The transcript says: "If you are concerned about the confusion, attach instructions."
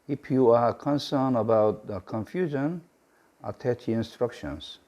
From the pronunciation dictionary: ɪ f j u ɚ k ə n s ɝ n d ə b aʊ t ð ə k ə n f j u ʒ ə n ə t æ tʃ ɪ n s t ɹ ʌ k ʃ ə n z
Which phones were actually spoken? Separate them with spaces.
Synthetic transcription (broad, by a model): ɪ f j u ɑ k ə n s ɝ n ə b aʊ t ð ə k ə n f j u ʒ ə n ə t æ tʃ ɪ n s t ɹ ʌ k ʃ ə n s